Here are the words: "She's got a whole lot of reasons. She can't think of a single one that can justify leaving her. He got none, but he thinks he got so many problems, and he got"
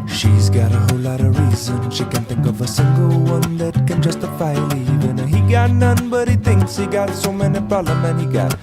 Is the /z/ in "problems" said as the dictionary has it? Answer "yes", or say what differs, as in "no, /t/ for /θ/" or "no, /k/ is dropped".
no, /z/ is dropped